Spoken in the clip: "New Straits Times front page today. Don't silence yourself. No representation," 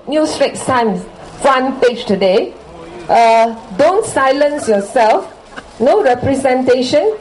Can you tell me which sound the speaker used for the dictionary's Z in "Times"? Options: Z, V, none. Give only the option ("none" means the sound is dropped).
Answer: none